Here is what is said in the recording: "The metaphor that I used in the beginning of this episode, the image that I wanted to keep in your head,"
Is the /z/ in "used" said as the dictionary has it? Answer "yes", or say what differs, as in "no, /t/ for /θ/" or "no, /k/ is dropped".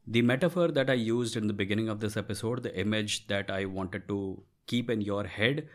yes